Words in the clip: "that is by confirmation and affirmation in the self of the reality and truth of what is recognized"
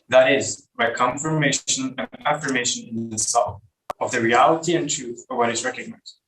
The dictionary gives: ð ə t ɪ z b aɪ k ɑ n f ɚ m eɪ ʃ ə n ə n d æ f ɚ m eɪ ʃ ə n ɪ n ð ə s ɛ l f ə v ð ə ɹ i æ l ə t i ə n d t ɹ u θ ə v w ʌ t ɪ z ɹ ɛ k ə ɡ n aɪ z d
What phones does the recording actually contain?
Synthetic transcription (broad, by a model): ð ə t ɪ z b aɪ k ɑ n f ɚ m eɪ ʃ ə n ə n æ f ɚ m eɪ ʃ ə n ɪ n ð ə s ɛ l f ə v ð ə ɹ i æ l ə t i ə n t ɹ u θ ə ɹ w ʌ t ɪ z ɹ ɛ k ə ɡ n aɪ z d